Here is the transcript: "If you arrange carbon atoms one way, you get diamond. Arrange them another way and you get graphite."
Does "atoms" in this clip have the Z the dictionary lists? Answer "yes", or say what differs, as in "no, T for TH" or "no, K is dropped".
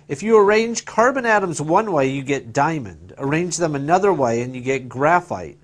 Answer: yes